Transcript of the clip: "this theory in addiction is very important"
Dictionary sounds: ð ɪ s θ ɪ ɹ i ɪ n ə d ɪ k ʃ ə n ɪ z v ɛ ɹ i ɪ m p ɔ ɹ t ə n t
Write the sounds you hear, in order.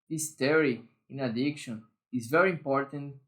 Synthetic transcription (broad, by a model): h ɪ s t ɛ ɹ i ɪ n ə d ɪ k ʃ ə n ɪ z v ɛ ɹ i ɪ m p ɔ ɹ t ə n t